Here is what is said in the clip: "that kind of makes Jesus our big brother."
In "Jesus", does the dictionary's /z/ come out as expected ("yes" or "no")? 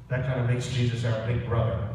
yes